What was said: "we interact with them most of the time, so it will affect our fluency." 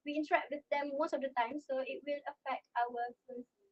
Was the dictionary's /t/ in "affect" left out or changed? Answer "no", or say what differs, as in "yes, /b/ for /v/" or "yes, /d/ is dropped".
no